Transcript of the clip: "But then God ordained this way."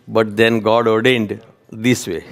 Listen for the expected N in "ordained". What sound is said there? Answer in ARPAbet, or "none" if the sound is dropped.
N